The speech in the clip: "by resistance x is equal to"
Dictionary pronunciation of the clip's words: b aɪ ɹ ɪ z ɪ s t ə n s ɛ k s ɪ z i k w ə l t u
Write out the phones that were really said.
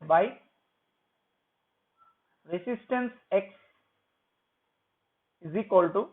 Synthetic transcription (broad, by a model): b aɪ ɹ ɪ s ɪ s t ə n s ɛ k s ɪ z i k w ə l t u